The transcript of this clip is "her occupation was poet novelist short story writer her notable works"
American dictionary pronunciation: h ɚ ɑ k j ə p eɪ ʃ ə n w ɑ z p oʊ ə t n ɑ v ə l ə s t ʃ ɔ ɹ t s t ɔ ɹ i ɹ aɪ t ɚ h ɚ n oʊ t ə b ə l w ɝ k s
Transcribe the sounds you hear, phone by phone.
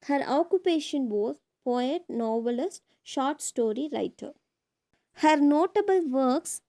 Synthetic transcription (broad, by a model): h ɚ ɑ k j ə p eɪ ʃ ə n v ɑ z p oʊ ə t n ɑ v ə l ə s t ʃ ɔ ɹ t s t ɔ ɹ i ɹ aɪ t ɚ h ɚ n oʊ t ə b ə l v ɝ k s